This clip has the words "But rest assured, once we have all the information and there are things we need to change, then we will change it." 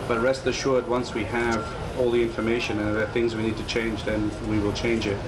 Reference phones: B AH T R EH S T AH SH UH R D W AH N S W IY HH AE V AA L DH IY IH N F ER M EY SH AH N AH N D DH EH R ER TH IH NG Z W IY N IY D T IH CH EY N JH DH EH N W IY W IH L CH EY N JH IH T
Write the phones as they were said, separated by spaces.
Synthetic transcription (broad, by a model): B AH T R EH S T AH SH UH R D W AH N S W IY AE V AA L DH IY IH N F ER M EY SH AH N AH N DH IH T TH IH NG Z W IY N IY D T IH CH EY N JH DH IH N W IY W IH L CH EY N JH IH T